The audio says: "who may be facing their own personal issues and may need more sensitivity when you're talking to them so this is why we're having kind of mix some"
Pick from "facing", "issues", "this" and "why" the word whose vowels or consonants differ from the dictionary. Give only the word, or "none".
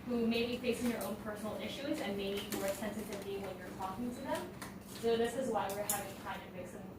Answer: none